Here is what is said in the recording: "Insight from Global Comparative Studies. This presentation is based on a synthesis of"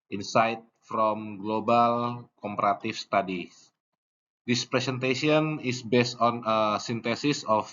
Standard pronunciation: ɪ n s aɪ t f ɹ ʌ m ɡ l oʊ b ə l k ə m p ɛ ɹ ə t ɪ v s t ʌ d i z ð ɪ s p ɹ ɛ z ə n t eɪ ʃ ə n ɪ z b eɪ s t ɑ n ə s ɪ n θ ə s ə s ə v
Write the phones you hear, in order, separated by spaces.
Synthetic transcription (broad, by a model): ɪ n s aɪ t f ɹ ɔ m ɡ l oʊ b ə l k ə m p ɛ ɹ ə t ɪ f s t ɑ d i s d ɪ s p ɹ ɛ s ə n t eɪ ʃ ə n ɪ s b eɪ s t ɑ n ə s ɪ n t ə s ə s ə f